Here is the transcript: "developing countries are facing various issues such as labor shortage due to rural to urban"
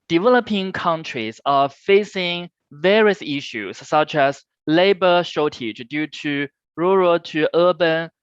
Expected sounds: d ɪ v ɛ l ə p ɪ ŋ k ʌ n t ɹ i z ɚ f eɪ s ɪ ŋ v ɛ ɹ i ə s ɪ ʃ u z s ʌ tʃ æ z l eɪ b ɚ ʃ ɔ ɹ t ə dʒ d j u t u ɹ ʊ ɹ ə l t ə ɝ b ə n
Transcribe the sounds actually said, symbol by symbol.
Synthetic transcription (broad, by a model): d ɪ v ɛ l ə p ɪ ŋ k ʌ n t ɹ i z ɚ f eɪ s ɪ ŋ v ɛ ɹ i ə s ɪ ʃ u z s ʌ tʃ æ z l eɪ b ɚ ʃ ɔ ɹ t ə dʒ d j u t u ɹ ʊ ɹ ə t t ə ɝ b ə n